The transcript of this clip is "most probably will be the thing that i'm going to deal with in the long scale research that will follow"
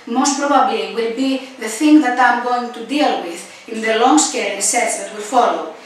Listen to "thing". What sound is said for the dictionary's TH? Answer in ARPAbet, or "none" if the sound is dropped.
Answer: TH